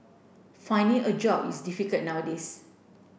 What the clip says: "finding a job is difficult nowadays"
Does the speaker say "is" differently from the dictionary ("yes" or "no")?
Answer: yes